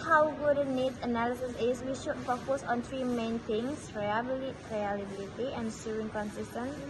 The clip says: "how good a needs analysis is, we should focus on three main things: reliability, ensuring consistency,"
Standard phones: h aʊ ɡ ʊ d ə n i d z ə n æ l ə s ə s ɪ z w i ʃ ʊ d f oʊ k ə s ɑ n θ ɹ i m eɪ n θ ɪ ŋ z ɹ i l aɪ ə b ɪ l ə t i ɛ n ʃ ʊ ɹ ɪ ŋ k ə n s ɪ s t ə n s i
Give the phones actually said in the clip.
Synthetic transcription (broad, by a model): h aʊ ɡ ʊ d ə n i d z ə n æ l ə s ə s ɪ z w i ʃ ʊ d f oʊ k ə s ɑ n t ɹ i m eɪ n t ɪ ŋ s ɹ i l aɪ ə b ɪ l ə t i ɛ n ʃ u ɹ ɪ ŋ k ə n s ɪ s t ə n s